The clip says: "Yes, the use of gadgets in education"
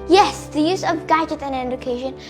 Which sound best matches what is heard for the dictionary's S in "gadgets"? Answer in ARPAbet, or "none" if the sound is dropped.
none